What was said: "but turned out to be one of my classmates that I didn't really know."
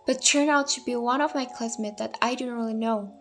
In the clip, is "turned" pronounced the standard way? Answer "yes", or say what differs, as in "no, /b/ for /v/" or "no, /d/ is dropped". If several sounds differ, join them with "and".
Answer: no, /d/ is dropped